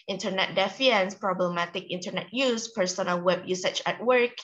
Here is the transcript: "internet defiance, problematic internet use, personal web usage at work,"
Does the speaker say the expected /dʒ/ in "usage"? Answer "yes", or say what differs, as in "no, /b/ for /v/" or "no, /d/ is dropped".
no, /tʃ/ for /dʒ/